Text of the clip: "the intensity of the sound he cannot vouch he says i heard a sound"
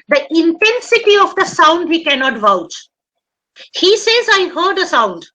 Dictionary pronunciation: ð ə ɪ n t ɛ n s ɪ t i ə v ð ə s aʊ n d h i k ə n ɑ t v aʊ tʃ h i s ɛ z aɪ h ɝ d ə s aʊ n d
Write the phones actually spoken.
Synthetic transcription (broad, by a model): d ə ɪ n t ɛ n s ɪ t i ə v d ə s aʊ n d h i k ə n ɑ t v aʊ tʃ h i s ɛ z aɪ h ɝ d ə s aʊ n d